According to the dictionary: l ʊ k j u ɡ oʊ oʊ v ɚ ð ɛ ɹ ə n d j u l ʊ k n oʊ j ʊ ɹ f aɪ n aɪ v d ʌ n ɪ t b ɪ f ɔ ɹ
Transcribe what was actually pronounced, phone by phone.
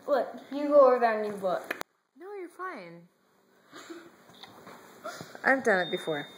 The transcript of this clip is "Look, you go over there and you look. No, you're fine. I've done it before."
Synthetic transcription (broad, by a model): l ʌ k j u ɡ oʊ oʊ ɚ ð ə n j u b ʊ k n oʊ j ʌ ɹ f aɪ n aɪ v d ʌ n ɪ t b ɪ f ɔ ɹ